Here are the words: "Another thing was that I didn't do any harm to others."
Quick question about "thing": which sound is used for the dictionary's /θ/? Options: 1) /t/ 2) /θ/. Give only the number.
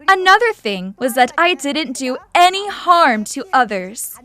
2